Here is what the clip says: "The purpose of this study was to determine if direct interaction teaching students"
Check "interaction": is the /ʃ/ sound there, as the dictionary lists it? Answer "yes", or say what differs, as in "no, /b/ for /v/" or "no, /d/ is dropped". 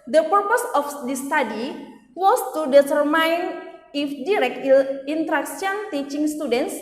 no, /s/ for /ʃ/